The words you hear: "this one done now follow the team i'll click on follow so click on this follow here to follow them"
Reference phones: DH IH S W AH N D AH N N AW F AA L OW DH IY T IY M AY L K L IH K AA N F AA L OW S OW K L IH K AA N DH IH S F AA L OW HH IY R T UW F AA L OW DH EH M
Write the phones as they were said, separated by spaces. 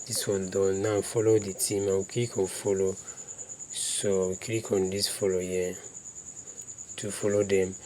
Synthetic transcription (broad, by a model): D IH S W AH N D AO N N AW F AA L OW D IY T IY M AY W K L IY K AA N F AA L OW S OW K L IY K AA N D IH S F AA L OW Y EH T UW F AA L OW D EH M